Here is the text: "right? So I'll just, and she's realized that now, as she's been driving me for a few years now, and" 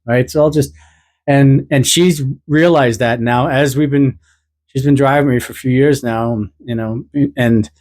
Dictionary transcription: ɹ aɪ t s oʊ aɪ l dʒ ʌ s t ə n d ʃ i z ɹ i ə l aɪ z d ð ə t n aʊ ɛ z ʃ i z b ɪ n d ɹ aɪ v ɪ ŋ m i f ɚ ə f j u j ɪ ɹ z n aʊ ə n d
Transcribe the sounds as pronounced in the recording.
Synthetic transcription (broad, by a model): ɹ aɪ t s oʊ aɪ l dʒ ʌ s t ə n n ʃ i z ɹ i ə l aɪ z d ð ə t n aʊ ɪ z ʃ i z b ɪ n d ɹ aɪ v ɪ ŋ m i f ɚ ə f j u j ɪ ɹ z n aʊ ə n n